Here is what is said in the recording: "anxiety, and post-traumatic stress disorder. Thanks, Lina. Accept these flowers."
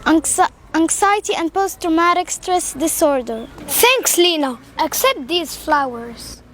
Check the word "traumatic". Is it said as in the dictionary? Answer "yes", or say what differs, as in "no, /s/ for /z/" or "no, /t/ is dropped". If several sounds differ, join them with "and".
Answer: yes